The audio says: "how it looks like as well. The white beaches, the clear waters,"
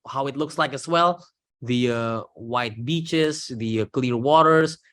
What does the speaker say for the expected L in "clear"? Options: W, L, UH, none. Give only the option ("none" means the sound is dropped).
L